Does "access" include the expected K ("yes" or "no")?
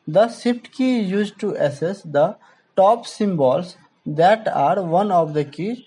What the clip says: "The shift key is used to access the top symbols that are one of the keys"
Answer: no